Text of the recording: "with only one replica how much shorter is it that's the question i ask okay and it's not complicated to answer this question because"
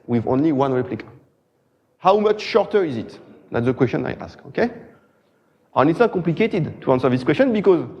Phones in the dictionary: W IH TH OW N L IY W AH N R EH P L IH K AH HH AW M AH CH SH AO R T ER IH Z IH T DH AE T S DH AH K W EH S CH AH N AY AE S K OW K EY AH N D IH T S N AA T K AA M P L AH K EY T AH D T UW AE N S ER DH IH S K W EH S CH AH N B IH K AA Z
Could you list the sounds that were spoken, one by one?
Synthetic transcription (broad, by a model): W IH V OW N L IY W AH N R EH P L IH K AH HH AW M AH CH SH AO R T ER IH Z IH T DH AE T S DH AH K W EH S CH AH N AY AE S K OW K EY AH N IH T S N AA T K AA M P L AH K EY T AH D T UW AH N S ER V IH S K W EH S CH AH N B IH K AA Z